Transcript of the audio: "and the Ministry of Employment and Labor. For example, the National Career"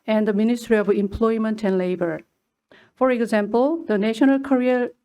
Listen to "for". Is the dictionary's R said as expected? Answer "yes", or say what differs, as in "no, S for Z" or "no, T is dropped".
yes